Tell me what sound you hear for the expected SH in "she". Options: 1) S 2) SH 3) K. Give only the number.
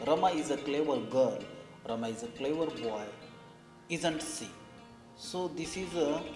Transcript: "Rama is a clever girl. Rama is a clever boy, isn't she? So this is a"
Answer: 1